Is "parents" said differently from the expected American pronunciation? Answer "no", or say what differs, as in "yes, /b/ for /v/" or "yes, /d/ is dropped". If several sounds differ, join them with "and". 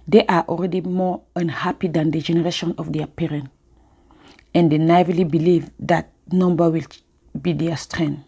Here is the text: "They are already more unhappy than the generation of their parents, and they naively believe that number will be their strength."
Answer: yes, /s/ is dropped